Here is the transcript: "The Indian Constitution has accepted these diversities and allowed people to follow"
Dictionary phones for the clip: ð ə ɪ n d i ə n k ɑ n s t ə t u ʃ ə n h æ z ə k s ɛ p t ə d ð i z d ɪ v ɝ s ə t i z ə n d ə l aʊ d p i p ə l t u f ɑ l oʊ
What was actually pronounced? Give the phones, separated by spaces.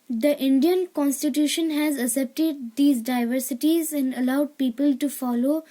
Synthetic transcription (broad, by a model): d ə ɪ n d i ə n k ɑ n s t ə t u ʃ ə n h æ z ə s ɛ p t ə d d i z d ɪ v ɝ s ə t i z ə n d ə l aʊ d p i p ə l t u f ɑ l oʊ